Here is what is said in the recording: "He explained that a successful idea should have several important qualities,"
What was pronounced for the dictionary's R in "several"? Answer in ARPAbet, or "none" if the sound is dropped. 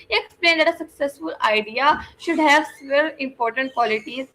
none